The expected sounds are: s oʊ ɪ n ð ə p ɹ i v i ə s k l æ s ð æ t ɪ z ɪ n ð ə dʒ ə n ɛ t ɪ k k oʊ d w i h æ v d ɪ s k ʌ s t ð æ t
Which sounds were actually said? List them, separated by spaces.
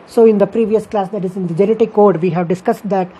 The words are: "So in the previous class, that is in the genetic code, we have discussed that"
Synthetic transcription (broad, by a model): s oʊ ɪ n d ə p ɹ i v i ə s k l æ s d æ t ɪ z ɪ n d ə dʒ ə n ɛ t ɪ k k oʊ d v i h æ v d ɪ s k ʌ s t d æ t